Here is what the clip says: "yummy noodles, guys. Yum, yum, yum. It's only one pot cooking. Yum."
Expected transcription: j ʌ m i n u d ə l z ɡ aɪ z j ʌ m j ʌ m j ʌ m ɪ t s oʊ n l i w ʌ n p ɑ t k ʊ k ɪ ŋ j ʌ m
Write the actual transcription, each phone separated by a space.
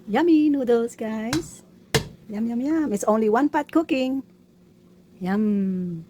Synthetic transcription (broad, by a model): j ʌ m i n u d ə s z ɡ aɪ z j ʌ m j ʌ m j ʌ m ɪ t s oʊ n l i w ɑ n p ɑ t k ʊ k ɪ ŋ j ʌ m